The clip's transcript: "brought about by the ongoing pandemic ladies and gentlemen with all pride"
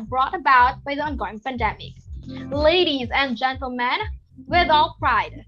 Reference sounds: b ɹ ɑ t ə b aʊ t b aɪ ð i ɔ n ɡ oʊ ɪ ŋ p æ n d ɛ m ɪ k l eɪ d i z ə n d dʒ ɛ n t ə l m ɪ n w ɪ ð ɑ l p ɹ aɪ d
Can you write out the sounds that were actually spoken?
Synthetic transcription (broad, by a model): b ɹ ɑ t ə b aʊ t b aɪ ð i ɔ n ɡ oʊ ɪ ŋ p æ n d ɛ m ɪ k l eɪ d i z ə n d dʒ ɛ n t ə l m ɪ n w ɪ ð ɑ l p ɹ aɪ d